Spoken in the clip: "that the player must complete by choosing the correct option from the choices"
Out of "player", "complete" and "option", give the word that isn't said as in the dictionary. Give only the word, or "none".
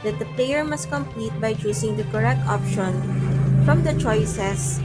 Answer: none